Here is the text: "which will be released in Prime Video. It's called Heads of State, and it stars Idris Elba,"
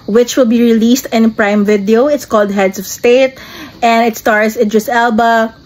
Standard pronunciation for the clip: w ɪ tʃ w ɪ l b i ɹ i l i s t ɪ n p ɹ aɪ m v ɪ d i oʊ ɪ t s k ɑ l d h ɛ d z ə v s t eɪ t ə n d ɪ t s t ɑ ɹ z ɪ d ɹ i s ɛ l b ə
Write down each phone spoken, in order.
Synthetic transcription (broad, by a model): w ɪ tʃ w ɪ l b i ɹ i l i s t ɪ n p ɹ aɪ m v ɪ d i oʊ ɪ t s k ɑ l d h ɛ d s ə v s t eɪ t ə n d ɪ t s t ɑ ɹ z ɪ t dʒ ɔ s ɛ l b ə